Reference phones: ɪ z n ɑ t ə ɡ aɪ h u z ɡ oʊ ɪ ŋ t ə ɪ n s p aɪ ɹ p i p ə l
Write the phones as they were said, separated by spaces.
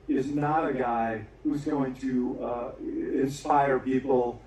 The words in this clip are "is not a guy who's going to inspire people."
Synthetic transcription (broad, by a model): ɪ z n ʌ t ə ɡ aɪ h u z ɡ oʊ ɪ ŋ t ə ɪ n s p aɪ ɹ p i p l